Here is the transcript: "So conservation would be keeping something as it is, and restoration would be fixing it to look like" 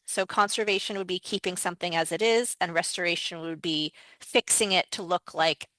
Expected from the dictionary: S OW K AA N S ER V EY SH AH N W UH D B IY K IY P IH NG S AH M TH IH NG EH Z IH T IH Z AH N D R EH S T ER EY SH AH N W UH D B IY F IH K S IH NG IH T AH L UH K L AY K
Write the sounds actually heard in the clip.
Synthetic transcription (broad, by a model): S OW K AA N S ER V EY SH AH N W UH D B IY K IY P IH NG S AH M TH IH NG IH Z IH T IH Z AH N R EH S T ER EY SH AH N W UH D B IY F IH K S IH NG IH T AH L UH K L AY K